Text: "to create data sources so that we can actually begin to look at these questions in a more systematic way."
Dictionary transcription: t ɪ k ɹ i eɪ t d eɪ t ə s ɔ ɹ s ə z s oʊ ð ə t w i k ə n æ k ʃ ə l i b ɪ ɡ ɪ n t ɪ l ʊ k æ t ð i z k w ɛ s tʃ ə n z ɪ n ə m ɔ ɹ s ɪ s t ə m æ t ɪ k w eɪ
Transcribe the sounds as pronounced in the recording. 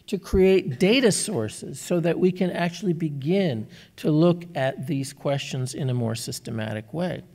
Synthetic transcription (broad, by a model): t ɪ k ɹ i eɪ t d eɪ t ə s ɔ ɹ s ə z s oʊ ð ə t w i k ə n æ k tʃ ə l i b ɪ ɡ ɪ n t ɪ l ʊ k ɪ t ð i z k w ɛ s tʃ ə n z ɪ n ə m ɔ ɹ s ɪ s t ə m æ t ɪ k w eɪ